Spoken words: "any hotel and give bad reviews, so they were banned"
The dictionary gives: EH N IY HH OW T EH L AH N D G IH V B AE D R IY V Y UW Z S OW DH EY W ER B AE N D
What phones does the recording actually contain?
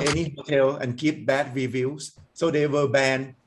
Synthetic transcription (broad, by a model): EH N IY HH OW T EH L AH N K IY P B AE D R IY V Y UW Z S OW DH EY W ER B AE N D